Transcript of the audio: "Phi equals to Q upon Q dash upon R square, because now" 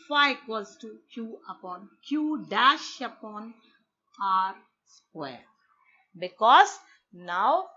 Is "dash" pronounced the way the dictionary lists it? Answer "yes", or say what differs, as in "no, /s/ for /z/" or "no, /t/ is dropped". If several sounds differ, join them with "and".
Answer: yes